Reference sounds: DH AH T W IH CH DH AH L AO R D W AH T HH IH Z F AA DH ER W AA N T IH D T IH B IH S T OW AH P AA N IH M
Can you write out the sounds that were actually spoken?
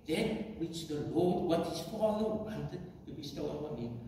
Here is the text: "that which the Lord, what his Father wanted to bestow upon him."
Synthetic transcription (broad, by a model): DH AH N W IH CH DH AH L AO L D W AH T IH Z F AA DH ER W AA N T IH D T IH B IH S T OW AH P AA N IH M